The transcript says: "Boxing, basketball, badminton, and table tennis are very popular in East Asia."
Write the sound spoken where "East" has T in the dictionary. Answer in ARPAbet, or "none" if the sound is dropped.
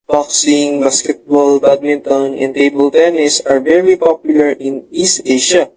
T